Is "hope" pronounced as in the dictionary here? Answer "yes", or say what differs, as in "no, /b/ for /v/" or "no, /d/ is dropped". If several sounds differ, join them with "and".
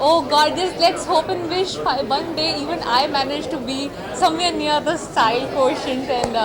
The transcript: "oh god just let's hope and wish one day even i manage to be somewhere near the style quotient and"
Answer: yes